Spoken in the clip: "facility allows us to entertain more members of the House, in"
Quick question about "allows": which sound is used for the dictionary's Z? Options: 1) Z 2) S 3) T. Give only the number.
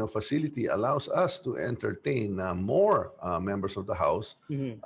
2